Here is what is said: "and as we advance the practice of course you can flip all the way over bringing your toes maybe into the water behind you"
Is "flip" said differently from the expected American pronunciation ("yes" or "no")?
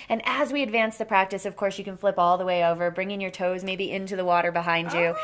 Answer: no